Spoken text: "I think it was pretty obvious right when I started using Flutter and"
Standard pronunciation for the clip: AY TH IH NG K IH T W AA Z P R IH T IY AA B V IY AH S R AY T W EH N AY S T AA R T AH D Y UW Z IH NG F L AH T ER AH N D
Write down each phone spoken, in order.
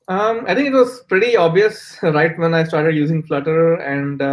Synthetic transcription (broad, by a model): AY T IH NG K IH T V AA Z P R IH T IY AA B V IY AH S R AY T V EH N AY S T AA R T AH D Y UW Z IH NG F L AH T ER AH N D